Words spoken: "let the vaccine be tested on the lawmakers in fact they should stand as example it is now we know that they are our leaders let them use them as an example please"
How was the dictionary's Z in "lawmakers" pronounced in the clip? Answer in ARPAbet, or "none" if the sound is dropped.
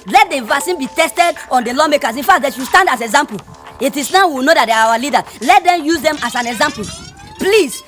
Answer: S